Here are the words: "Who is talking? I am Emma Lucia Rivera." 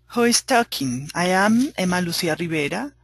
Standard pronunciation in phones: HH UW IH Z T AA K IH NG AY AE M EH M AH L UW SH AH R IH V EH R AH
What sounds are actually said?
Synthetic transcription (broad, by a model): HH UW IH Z T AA K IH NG AY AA M EH M AH L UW S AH R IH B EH R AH